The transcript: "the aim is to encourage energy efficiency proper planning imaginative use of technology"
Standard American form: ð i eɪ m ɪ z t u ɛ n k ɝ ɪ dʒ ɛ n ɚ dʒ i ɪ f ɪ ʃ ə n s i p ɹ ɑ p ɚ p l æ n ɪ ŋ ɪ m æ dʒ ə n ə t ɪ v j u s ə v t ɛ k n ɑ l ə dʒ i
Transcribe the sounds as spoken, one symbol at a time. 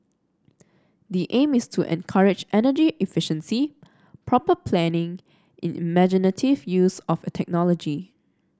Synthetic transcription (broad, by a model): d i eɪ m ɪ s t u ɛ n k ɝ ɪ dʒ ɛ n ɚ dʒ i ɪ f ɪ ʃ ə n s i p ɹ ɑ p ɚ p l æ n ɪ ŋ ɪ m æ dʒ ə n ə t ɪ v j u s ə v t ɛ k n ɑ l ə dʒ i